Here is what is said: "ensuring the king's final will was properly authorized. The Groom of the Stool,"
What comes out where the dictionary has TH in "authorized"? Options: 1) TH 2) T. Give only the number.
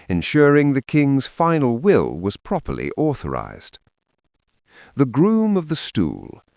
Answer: 1